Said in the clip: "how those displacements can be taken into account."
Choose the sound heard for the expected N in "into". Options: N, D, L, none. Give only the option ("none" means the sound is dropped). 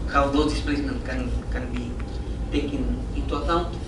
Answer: none